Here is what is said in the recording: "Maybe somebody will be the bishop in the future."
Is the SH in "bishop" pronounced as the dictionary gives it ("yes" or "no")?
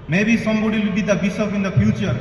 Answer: no